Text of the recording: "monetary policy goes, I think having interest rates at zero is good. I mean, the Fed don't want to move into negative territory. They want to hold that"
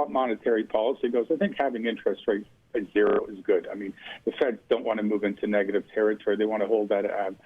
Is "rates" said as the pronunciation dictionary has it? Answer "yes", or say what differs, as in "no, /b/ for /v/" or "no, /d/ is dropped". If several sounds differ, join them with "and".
no, /s/ is dropped